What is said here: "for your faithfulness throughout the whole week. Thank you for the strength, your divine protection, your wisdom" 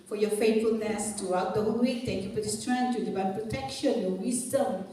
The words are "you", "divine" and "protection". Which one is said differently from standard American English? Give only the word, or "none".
divine